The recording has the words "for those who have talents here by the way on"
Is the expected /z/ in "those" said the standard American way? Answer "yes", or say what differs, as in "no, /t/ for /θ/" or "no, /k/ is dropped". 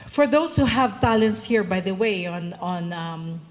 no, /s/ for /z/